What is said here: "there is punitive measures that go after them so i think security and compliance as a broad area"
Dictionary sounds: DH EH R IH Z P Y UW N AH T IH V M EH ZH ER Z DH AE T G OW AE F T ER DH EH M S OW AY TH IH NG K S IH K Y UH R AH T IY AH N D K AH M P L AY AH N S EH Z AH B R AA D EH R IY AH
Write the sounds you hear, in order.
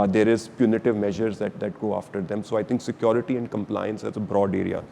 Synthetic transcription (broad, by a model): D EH R IH Z P Y UW N AH T IH V M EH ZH ER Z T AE T G OW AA F T ER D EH M S OW AY T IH NG K S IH K Y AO R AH T IY AH N D K AH M P L AY AH N S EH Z AH B R AA D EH R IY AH